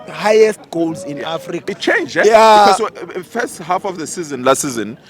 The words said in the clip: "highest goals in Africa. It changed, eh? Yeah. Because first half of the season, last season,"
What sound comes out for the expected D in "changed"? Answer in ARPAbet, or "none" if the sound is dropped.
none